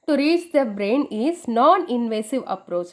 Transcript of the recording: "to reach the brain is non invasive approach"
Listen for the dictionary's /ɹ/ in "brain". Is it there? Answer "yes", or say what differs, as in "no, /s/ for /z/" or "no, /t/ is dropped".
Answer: yes